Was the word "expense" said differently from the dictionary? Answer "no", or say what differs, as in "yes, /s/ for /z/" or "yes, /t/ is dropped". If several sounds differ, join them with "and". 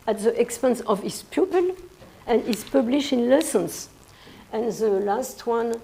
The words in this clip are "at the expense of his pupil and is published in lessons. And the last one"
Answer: no